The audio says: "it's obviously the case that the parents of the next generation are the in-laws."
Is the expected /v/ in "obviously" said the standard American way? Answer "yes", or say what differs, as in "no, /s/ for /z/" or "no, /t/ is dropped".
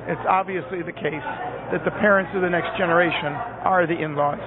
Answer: yes